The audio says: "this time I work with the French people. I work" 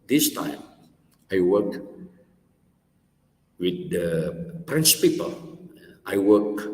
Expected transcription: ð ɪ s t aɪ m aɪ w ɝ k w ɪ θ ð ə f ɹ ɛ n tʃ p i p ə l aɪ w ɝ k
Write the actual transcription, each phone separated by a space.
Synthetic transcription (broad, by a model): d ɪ s t aɪ m aɪ w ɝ k w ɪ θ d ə p ɹ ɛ n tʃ p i p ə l aɪ w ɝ k